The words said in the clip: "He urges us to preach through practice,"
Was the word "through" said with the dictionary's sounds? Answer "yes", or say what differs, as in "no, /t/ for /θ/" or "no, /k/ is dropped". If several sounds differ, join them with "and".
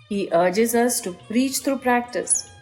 no, /t/ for /θ/